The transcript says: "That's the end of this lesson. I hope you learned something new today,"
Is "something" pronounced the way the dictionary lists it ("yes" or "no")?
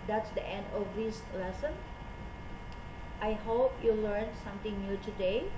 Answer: no